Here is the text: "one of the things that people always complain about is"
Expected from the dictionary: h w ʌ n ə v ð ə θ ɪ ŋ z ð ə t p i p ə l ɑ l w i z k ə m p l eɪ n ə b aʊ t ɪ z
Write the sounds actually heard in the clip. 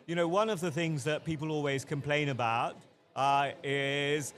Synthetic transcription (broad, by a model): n w ʌ n ə v ð ə θ ɪ ŋ z ð ə t p i p ə l ɑ l w i z k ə m p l eɪ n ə b aʊ t ɪ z